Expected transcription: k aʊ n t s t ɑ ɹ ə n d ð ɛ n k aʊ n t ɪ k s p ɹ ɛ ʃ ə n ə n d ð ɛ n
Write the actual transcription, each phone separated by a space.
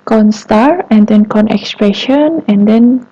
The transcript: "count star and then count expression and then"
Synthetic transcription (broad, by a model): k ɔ n s t ɑ ɹ ə n d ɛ n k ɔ n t ɪ k s p ɹ ɛ ʃ ə n ə n d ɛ n